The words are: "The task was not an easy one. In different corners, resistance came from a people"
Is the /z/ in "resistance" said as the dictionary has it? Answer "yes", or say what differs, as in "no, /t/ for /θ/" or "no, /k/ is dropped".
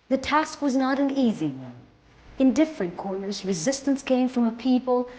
yes